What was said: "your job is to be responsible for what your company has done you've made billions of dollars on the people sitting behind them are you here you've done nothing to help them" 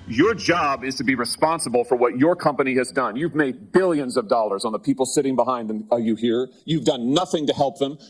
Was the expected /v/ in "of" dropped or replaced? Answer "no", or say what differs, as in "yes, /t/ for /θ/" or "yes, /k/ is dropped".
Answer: no